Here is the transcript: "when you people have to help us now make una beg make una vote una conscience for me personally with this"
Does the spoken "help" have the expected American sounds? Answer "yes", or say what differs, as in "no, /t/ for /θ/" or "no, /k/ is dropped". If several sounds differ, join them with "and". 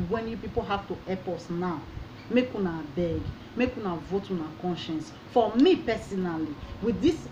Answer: no, /l/ is dropped